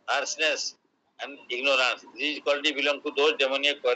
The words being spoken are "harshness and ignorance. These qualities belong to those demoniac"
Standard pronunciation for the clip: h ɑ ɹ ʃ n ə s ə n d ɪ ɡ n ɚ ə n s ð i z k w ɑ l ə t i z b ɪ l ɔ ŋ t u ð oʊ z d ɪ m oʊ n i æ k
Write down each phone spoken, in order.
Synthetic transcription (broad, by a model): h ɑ ɹ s n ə s ə n d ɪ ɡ n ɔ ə n s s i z k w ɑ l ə t i b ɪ l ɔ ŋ t u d oʊ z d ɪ m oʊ n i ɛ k